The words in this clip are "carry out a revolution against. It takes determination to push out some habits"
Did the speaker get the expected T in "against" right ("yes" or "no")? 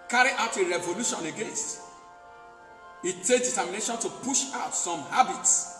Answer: yes